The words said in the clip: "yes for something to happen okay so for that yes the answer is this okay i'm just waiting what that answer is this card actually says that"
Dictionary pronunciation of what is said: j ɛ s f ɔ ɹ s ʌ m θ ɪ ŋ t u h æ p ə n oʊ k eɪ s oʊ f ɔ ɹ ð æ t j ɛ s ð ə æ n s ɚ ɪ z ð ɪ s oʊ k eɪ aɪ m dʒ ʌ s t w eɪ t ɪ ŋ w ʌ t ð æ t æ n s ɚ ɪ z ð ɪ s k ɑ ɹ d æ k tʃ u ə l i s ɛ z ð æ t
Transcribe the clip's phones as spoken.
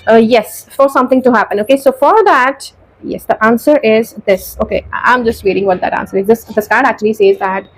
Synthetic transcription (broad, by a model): j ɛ s f ɔ ɹ s ʌ m t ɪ ŋ t u h æ p ə n oʊ k eɪ s oʊ f ɔ ɹ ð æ t j ɛ s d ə æ n s ɚ ɪ z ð ɪ s oʊ k eɪ aɪ m dʒ ʌ s t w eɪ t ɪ ŋ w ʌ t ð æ t æ n s ɚ ɪ z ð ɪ s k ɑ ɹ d æ k tʃ u ə l i s ɛ z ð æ t